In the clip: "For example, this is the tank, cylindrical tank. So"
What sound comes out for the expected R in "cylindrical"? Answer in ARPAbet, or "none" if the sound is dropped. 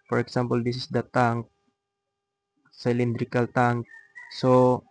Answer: R